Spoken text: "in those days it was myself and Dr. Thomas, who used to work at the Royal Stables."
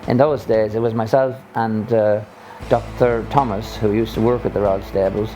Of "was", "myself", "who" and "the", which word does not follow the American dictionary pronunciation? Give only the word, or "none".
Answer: none